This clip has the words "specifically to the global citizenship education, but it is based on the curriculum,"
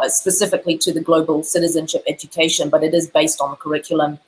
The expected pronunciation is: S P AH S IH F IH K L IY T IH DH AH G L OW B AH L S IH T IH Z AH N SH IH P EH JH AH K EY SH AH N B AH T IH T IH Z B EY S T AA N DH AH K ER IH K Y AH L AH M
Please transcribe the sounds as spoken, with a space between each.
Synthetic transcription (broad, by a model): S P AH S IH F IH K L IY T IH DH AH G L OW B AH L S IH T IH Z AH N SH IH P EH JH AH K EY SH AH N B AH T IH T IH Z B EY S T N DH AH K ER IH K Y L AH M